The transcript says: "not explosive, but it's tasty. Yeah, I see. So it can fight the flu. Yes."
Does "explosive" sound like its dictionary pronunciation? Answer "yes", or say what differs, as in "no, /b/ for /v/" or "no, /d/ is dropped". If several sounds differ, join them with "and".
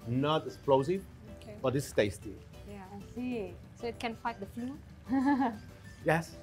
no, /k/ is dropped